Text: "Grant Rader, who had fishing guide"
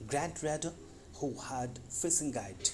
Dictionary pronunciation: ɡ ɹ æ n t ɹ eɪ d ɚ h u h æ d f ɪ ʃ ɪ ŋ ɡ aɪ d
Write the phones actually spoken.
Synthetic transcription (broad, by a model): ɡ ɹ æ n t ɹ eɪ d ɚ h u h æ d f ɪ s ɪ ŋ ɡ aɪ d